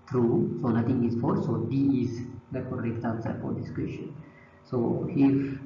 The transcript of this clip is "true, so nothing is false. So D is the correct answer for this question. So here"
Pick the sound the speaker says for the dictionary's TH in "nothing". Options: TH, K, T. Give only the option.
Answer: T